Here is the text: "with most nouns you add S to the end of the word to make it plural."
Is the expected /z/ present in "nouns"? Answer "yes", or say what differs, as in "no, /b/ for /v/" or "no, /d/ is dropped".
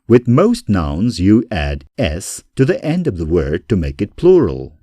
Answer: yes